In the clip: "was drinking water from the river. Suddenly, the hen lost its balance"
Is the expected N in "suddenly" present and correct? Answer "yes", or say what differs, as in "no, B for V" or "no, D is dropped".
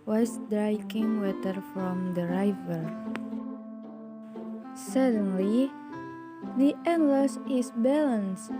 yes